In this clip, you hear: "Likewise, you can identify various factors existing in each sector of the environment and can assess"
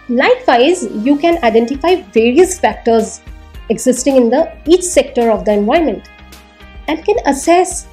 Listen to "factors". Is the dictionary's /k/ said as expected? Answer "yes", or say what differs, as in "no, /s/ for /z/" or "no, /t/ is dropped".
yes